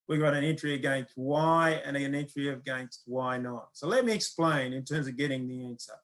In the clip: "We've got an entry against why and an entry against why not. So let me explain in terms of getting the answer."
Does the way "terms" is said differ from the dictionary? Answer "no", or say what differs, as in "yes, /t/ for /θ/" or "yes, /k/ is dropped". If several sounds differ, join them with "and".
no